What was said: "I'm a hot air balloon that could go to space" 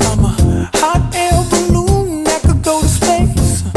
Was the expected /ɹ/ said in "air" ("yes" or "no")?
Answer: no